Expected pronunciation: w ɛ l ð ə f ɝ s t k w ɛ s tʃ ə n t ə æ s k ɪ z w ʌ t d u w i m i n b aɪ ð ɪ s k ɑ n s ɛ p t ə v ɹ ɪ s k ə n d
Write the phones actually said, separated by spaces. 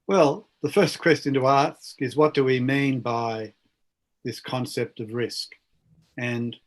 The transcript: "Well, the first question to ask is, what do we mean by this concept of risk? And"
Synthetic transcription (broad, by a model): w ɛ l ð ə f ɝ s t k w ɛ s tʃ ə n t ə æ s k ɪ z w ʌ t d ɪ w i m i n b aɪ ð ɪ s k ɑ n s ɛ p t ə v ɹ ɪ s k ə n